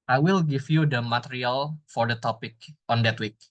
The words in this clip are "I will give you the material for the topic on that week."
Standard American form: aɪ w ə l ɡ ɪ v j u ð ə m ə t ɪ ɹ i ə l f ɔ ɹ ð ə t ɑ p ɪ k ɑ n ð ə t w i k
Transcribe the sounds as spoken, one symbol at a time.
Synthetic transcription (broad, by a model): aɪ w ə l ɡ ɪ f j u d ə m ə t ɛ ɹ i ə l f ɔ ɹ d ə t ɑ p ɪ k ɑ n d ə t w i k